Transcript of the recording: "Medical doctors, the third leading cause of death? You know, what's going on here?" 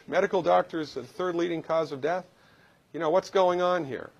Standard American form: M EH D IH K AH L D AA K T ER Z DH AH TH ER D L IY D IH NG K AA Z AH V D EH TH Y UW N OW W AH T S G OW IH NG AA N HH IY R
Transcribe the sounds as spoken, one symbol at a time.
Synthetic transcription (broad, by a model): M EH D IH K L D AA K T ER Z DH AH TH ER D L IY D IH NG K AA Z AH V D EH TH Y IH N OW W AH T S G OW IH NG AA N HH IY R